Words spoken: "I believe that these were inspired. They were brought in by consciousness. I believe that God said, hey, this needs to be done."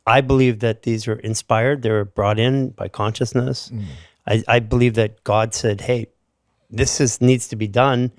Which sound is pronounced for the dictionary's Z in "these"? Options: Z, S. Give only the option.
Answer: Z